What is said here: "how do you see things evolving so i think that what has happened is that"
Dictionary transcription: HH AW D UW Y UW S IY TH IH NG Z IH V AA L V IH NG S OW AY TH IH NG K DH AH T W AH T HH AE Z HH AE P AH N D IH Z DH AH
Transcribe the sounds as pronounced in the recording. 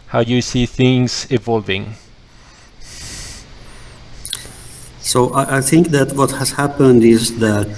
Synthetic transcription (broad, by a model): HH AW Y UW S IY TH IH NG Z IH V AA L V IH NG S OW AY TH IH NG K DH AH T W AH T HH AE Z HH AE P AH N D IH Z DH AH